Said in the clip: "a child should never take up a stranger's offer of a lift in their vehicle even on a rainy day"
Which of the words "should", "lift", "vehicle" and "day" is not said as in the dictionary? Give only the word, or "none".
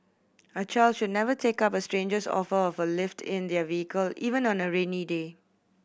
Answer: none